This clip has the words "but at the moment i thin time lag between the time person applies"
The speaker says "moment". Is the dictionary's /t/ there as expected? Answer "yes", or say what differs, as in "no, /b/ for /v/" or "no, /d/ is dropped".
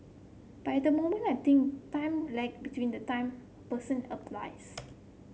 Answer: no, /t/ is dropped